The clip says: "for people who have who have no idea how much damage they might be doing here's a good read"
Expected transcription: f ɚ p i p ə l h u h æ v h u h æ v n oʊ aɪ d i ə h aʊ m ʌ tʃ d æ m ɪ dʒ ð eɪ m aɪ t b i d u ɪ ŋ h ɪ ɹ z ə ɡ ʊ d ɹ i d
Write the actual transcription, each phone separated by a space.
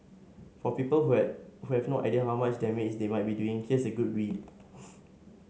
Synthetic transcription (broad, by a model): f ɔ p i p ə l h u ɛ h u h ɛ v n oʊ aɪ d i ə h aʊ m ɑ tʃ d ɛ m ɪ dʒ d eɪ m aɪ t b i d u ɪ ŋ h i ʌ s ə ɡ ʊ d w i